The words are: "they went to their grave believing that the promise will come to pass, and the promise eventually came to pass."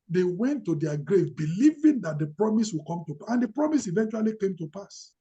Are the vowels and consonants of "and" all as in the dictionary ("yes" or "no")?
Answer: yes